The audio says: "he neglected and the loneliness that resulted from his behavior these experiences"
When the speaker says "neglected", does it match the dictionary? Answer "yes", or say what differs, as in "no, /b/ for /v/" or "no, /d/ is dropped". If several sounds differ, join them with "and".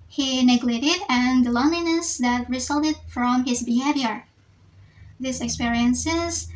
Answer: no, /k/ is dropped